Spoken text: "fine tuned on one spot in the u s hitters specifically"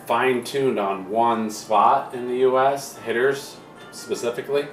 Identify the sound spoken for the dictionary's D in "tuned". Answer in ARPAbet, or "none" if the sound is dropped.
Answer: D